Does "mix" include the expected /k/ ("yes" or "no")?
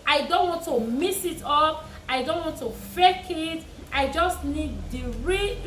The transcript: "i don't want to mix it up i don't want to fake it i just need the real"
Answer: no